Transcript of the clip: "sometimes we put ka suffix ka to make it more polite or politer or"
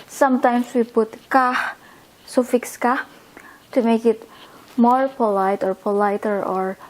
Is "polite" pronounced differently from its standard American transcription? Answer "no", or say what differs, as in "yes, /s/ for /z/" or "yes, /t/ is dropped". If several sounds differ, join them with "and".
no